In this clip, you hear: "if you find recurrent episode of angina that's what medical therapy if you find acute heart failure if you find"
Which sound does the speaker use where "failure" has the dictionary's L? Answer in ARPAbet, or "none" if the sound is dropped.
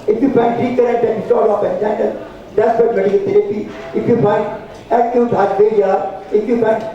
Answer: none